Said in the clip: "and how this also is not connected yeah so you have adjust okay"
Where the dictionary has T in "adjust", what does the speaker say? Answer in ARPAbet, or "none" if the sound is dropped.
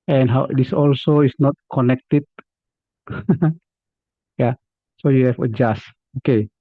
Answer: none